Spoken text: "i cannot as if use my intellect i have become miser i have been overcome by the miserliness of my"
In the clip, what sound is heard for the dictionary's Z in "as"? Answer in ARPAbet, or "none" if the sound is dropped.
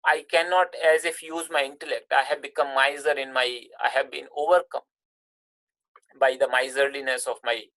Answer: Z